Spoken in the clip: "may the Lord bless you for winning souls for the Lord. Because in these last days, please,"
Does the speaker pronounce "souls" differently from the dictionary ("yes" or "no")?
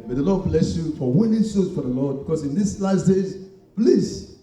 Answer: yes